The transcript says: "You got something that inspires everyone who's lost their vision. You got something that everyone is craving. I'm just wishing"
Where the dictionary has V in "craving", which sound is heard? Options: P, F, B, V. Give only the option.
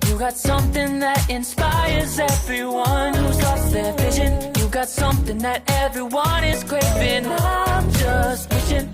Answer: P